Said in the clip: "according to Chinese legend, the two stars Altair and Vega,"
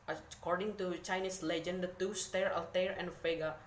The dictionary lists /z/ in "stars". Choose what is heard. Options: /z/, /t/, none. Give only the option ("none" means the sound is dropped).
none